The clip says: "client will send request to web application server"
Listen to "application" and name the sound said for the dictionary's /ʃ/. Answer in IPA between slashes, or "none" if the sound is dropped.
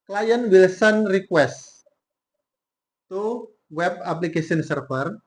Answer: /s/